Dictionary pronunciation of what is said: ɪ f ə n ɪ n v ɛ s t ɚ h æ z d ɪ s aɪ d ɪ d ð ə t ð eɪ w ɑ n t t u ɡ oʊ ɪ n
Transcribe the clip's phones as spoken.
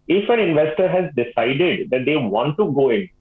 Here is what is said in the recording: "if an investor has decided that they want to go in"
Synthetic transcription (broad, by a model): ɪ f ə n ɪ n v ɛ s t ɚ h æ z d ɪ s aɪ d ɪ d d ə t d eɪ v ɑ n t t u ɡ oʊ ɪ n